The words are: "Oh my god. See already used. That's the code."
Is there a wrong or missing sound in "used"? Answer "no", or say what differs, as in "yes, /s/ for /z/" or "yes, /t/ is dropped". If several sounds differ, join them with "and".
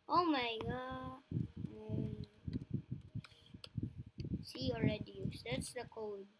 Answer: yes, /s/ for /z/